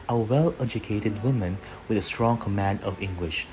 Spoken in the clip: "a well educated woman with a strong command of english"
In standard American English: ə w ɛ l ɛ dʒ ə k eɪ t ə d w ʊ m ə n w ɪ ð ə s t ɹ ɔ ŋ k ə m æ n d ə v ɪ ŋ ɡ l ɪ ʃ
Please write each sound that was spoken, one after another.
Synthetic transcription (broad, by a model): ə w ɛ l ɛ dʒ ə k eɪ t ə d w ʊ m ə n w ɪ ð ə s t ɹ ɔ ŋ k ə m æ n d ə v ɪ ŋ ɡ l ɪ ʃ